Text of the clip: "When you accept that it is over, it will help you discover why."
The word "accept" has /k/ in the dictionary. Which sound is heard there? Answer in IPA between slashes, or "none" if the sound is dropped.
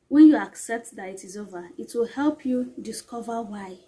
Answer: /k/